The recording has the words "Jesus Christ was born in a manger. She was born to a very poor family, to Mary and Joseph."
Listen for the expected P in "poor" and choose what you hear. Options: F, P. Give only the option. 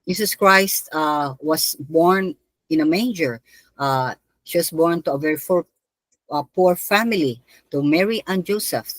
P